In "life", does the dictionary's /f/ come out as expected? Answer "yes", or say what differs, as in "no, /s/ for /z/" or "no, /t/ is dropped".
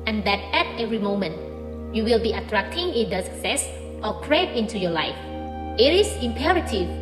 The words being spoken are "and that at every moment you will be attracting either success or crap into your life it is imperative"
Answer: yes